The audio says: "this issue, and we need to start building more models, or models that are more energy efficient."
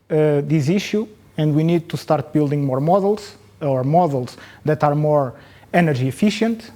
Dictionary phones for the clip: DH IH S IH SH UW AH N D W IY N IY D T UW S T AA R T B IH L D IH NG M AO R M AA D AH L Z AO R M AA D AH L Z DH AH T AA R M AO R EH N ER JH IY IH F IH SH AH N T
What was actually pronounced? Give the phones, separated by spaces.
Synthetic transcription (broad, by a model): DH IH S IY SH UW AH N D W IY N IY D T UW S T AA R T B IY L D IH NG M AO R M AA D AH L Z AO R M AA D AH L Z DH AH T AA R M AO R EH N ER ZH IY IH F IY SH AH N T